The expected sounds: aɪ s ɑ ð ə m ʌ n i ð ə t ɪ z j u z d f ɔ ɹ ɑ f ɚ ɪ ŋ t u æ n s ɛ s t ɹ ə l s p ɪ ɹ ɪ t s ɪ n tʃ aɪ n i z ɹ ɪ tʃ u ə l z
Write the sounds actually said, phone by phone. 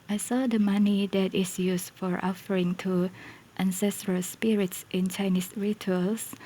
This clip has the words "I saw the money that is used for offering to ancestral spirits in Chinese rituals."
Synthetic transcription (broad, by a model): aɪ s ɑ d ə m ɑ n i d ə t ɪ s j u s f ɔ ɹ ɑ f ɚ ɪ ŋ t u æ n s ɛ s t ɹ ə l s p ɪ ɹ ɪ t s ɪ n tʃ aɪ n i s ɹ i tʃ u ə l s